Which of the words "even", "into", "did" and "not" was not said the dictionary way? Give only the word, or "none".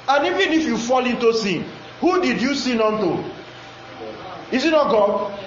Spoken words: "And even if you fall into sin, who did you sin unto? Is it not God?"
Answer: none